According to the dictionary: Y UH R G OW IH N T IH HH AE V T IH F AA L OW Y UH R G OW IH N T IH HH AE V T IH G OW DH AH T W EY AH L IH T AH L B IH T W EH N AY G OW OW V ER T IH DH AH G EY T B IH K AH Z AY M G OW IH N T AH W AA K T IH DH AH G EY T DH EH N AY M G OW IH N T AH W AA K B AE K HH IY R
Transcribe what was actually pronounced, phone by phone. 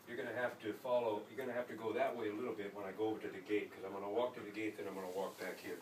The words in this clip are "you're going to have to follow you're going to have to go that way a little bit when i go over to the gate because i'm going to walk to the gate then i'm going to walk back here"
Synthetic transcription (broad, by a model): Y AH R G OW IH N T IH HH AE F T IH F AA L OW Y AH R G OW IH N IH HH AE F T IH G OW DH AH T W EY AH L IH T L B IH T W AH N AY G OW OW V ER T IH DH AH G EY T K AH Z AY M G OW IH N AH W AA K T IH DH AH G EY T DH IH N AY M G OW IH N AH W AA K B AE K HH IY R